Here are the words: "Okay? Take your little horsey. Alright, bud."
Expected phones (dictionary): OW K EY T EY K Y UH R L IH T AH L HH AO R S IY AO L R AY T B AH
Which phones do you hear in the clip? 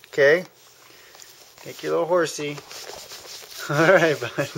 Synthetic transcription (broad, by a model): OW K EY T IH K Y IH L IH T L HH AO R S IY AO R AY T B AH